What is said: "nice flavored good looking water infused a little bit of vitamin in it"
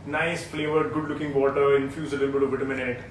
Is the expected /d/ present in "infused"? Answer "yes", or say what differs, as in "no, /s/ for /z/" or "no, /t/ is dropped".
no, /d/ is dropped